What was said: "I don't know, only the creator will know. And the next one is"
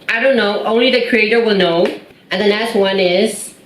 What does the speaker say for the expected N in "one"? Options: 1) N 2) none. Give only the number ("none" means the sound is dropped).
1